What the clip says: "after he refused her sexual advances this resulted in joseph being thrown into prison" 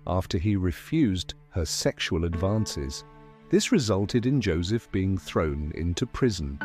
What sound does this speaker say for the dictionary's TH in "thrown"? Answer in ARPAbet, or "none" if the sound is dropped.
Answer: TH